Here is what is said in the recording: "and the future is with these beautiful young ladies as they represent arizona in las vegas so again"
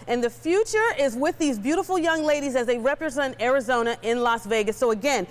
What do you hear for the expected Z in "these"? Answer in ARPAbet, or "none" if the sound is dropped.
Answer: Z